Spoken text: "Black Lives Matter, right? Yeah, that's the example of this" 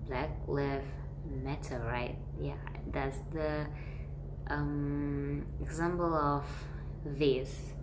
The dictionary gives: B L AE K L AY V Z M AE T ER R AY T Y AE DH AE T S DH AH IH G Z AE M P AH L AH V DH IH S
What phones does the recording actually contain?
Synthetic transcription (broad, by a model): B L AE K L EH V M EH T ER R AY T Y AE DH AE T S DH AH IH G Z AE M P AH L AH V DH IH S